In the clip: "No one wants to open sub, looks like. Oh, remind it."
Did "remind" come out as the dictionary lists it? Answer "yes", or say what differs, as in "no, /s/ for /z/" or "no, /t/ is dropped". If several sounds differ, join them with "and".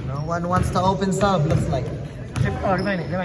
no, /d/ is dropped